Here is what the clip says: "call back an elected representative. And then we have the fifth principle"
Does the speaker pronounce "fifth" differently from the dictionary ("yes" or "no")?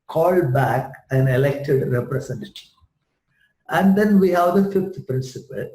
yes